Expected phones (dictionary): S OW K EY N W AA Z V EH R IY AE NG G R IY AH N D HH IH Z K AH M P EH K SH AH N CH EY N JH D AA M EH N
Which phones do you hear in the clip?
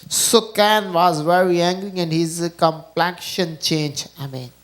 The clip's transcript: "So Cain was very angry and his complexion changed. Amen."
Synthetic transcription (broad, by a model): S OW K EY N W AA Z V EH R IY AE NG G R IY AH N D HH IH Z K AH M P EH K SH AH N CH EY N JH AA M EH N